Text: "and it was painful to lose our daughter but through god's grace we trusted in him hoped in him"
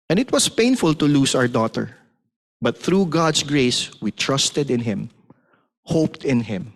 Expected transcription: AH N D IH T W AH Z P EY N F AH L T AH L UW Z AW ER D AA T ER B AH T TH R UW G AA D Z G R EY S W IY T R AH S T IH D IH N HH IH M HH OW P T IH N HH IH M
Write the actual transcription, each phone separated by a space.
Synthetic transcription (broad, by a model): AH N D IH T W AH S P EY N F AH L T AH L UW S AW ER D AA T ER B AH T TH R UW G AA D S G R EY S W IY T R AH S T IH D IH N HH IH M HH OW P T IH N HH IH M